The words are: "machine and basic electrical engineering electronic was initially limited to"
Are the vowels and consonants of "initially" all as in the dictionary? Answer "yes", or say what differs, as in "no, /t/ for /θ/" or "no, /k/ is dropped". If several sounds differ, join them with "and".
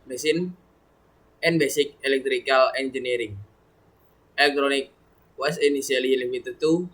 no, /s/ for /ʃ/